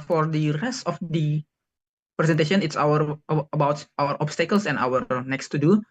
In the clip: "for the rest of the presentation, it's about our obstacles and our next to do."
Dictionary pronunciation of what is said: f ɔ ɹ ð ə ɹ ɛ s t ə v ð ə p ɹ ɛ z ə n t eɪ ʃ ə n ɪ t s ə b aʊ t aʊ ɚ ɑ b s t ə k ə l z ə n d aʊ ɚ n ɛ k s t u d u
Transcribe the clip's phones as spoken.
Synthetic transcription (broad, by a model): f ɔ ɹ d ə ɹ ɛ s t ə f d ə p ɹ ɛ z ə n t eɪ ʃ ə n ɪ t s ə b aʊ t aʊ ɚ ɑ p s t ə k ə l s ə n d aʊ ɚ n ɛ k s t u d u